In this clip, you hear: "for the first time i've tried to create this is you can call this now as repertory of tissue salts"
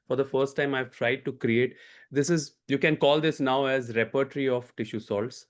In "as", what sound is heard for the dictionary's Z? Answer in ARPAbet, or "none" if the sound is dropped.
Z